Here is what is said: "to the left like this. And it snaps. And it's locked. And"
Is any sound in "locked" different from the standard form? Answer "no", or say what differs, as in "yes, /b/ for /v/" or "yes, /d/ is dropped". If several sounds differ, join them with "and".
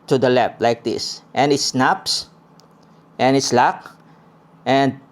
no